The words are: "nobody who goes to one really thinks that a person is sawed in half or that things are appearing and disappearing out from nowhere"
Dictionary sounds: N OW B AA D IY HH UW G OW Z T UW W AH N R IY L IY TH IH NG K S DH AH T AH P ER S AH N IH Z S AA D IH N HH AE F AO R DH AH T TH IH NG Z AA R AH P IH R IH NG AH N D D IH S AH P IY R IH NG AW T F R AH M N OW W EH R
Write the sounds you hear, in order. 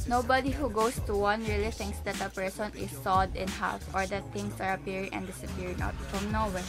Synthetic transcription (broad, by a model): N OW B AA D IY HH UW G OW S T UW W AH N R IY L IY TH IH NG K S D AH T AH P ER S AH N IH S AA D IH N HH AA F AO R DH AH T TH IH NG S AA R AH P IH R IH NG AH N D D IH S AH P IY R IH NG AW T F R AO M N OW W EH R